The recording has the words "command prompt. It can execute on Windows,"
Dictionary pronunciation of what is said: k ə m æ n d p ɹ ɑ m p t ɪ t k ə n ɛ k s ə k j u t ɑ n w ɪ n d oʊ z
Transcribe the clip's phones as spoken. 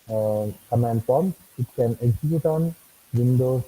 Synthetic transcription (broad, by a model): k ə m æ n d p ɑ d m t ɪ t k ə n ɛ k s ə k j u t ɑ n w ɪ n d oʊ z